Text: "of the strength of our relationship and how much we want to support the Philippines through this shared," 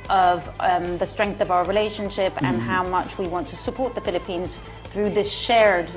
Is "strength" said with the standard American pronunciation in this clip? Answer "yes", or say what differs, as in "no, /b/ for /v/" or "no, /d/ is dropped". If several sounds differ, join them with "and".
yes